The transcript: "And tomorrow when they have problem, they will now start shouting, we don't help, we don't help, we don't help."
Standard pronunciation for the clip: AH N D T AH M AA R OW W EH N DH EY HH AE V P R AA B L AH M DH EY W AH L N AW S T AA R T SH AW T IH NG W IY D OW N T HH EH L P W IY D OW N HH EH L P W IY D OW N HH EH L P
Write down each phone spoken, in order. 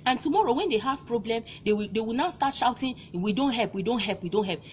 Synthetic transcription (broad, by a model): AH N T AH M AA R OW W EH N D EY HH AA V P R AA B L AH M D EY W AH W N AW S T AA T SH AW T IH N W IY D OW N T HH EH L P W IY D OW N HH EH L P W IY D OW N HH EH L P